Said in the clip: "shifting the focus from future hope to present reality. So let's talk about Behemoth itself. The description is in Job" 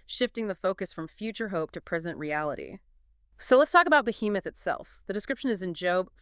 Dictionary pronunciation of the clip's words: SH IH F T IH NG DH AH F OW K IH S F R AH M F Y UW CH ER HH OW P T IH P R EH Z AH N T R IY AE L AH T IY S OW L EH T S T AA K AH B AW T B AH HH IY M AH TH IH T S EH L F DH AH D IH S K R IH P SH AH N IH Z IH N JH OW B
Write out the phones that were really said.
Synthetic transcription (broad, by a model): SH IH F T IH NG DH AH F OW K IH S F R AH M F Y UW CH ER HH OW P T IH P R EH Z AH N T R IY AE L AH T IY S OW L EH T S T AA K AH B AW T B AH HH IY M AH TH IH T S EH L F DH AH D IH S K R IH P SH AH N IH Z IH N JH OW B